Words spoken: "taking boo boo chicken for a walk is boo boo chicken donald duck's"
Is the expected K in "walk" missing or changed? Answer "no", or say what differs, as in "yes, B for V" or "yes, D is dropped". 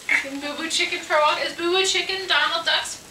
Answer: yes, K is dropped